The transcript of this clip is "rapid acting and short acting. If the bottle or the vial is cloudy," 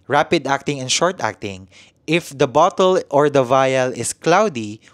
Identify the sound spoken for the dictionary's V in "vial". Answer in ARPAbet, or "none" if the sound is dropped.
V